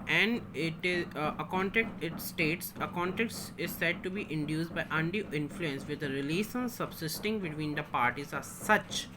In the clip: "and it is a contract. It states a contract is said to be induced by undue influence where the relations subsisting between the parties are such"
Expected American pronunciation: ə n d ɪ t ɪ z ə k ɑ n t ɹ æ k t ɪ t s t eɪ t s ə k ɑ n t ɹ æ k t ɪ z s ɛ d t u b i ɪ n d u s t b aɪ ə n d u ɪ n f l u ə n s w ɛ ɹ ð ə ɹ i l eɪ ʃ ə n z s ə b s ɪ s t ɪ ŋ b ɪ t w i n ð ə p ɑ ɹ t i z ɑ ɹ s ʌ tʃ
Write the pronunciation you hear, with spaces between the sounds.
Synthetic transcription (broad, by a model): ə n d ɪ t ɪ z ə k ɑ n t æ k t ɪ t s t eɪ t s ə k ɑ n t æ k t ɪ z s ɛ d t u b i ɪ n d u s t b aɪ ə n d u ɪ n f l u ə n s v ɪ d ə ɹ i l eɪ s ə n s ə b s ɪ s t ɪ ŋ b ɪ t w i n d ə p ɑ ɹ t i z ɑ ɹ s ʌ tʃ